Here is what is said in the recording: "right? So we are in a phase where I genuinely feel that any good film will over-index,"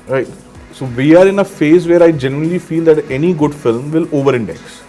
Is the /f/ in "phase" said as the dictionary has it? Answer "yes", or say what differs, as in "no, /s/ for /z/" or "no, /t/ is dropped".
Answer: yes